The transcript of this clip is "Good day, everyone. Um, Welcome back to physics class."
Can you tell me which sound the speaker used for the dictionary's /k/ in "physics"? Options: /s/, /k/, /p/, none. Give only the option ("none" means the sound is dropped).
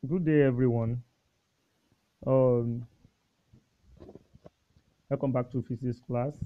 none